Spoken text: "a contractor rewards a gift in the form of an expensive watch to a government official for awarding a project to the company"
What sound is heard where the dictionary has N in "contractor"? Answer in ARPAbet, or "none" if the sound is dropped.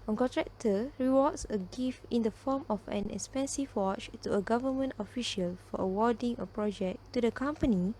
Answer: none